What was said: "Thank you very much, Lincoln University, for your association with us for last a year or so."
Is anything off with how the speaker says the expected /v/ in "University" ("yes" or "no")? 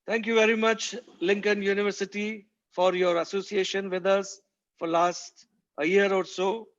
no